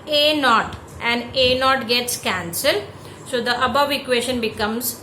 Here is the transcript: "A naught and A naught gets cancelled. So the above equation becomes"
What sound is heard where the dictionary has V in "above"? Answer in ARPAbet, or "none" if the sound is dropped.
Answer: V